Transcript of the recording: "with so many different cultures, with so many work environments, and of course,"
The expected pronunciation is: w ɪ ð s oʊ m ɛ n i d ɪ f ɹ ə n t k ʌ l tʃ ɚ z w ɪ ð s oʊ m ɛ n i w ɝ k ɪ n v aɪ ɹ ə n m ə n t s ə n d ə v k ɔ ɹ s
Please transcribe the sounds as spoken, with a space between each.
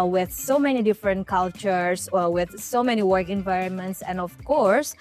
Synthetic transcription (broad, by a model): w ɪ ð s oʊ m ɛ n i d ɪ f ɹ ə n t k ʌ l tʃ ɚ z w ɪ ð s oʊ m ɛ n i w ɝ k ɪ n v aɪ ɹ ə n m ə n t s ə n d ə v k ɔ ɹ s